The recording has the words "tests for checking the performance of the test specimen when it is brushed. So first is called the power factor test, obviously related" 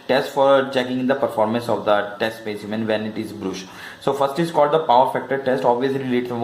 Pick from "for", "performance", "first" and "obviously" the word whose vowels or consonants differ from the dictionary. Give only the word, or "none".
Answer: none